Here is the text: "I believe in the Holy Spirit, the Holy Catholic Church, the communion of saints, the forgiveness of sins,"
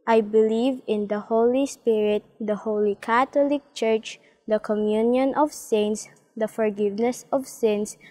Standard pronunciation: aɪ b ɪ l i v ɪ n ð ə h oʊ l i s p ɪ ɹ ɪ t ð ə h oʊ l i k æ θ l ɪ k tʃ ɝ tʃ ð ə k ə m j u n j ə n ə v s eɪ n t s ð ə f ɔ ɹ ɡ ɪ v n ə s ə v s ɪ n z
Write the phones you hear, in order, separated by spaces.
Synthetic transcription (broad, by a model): aɪ b ɪ l i v ɪ n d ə h oʊ l i s p ɪ ɹ ɪ t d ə h oʊ l i k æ t l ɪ k tʃ ɝ tʃ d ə k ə m j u n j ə n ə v s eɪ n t s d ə f ɔ ɹ ɡ ɪ v n ə s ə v s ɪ n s